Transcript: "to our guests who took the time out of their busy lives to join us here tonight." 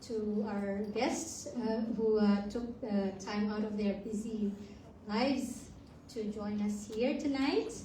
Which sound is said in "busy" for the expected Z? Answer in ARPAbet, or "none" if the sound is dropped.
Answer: Z